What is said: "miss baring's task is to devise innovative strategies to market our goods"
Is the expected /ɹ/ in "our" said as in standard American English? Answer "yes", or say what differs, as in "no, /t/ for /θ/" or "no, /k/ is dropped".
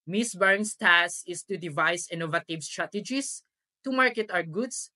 no, /w/ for /ɹ/